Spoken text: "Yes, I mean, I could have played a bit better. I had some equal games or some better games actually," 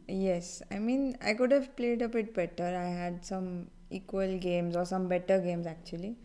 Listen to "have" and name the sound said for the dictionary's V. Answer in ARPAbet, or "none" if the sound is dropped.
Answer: V